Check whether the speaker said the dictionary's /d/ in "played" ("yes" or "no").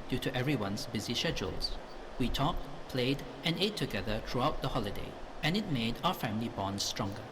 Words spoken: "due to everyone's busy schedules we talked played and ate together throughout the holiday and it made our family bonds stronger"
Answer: yes